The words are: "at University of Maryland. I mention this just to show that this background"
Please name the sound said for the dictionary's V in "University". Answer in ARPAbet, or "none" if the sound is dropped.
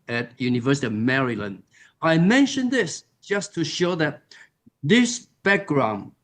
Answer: V